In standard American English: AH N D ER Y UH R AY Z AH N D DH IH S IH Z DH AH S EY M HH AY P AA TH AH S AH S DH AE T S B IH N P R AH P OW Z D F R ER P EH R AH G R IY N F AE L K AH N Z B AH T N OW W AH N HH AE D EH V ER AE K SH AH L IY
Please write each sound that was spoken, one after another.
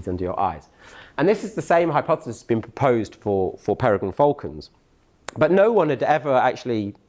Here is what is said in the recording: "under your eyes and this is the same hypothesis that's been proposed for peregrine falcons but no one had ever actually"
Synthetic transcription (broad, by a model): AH N D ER Y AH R AY Z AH N DH IH S IH Z DH AH S EY M HH AY P AA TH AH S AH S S B IH N P R AH P OW Z D F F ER P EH R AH G AH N F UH L K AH N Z B AH T N OW W AH N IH D EH V ER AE K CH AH L IY